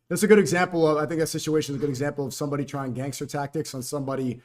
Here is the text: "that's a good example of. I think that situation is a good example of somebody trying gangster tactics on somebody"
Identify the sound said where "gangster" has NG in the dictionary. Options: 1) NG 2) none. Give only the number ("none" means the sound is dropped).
1